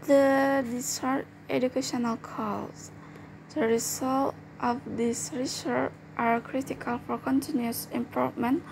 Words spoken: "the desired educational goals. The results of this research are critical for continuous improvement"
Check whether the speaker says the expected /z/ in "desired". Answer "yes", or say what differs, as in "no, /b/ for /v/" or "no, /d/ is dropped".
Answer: no, /s/ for /z/